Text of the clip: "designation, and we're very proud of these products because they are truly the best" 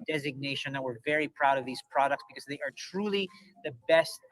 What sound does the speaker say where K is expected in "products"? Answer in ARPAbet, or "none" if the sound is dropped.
K